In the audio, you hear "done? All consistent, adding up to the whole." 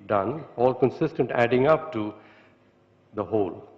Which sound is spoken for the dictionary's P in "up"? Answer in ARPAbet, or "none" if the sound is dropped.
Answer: P